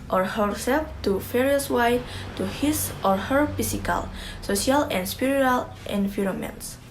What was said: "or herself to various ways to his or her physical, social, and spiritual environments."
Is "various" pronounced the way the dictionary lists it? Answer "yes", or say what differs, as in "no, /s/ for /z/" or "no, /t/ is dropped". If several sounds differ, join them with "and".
no, /f/ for /v/